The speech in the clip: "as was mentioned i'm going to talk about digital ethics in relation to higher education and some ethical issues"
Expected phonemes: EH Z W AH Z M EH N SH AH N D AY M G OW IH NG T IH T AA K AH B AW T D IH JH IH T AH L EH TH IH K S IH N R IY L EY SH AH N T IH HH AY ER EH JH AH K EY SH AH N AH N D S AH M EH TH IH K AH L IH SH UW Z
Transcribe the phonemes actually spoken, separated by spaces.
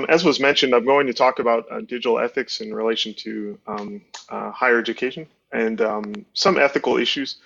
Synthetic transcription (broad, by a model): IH Z W AH Z M EH N SH AH N D AY M G OW IH NG T IH T AA K AH B AW T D IH JH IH T L EH TH IH K S IH N R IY L EY SH N T IH HH AY ER EH JH AH K EY SH AH N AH N S AH M EH TH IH K L IH SH UW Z